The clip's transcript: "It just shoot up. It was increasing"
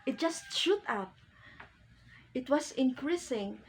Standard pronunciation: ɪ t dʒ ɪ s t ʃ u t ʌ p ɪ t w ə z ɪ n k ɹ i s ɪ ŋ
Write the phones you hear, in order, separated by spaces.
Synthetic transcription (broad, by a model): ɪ t dʒ ɪ s t ʃ u t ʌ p ɪ t w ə s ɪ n k ɹ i s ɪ ŋ